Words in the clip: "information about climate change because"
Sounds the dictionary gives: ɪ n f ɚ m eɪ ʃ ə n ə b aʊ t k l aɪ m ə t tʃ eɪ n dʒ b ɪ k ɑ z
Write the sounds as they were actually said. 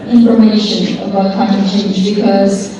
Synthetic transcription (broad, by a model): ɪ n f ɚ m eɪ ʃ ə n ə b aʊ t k aɪ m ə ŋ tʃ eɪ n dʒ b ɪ k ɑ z